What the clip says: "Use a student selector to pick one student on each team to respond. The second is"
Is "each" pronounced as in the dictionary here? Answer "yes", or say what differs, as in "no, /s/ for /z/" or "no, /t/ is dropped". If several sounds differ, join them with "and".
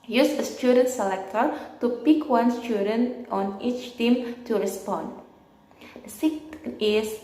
yes